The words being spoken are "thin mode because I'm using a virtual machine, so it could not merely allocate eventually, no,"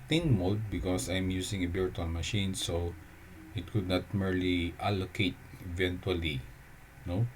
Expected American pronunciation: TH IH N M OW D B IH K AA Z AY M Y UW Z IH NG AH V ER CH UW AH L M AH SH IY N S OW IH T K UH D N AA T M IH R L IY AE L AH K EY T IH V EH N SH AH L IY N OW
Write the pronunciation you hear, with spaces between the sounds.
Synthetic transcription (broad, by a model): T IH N M OW D B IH K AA S AY M Y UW S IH NG AH B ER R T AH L M AH SH IY N S OW IH T K UH D N AA T M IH R L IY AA L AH K EY T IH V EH N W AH L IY N OW